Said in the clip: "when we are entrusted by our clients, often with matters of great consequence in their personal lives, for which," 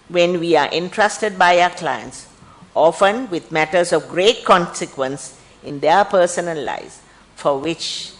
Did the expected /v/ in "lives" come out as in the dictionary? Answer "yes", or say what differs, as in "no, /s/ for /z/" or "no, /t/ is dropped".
no, /v/ is dropped